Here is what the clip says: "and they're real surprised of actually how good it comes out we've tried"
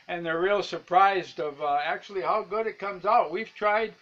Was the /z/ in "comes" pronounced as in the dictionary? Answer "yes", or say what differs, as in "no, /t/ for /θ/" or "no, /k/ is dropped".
yes